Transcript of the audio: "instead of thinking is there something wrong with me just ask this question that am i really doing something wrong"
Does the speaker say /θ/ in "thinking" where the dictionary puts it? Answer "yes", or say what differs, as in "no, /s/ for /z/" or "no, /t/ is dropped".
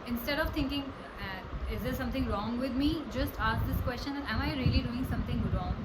no, /t/ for /θ/